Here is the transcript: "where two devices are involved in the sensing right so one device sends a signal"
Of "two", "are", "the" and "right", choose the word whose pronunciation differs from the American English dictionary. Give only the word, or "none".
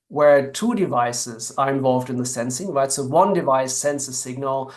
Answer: right